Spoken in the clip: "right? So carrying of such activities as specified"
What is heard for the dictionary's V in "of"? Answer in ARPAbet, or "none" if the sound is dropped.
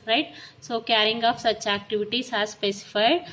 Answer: P